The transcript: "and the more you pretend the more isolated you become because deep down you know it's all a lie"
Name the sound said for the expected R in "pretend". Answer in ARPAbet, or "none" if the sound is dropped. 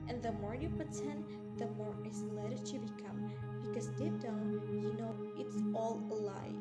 none